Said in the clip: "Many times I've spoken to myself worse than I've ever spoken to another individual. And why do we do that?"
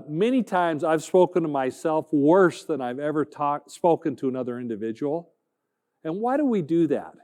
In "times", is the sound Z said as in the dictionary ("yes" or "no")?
yes